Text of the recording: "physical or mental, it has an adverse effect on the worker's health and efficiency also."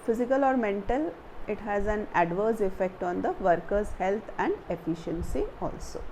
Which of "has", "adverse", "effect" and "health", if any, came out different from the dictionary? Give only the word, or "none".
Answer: health